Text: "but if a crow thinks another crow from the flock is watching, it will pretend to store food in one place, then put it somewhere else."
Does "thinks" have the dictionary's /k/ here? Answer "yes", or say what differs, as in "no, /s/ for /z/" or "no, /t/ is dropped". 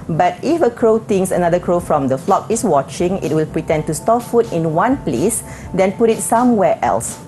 no, /k/ is dropped